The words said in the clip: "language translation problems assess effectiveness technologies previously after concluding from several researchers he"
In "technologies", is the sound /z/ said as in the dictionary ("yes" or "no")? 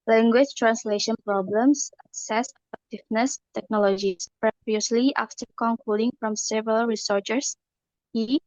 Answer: no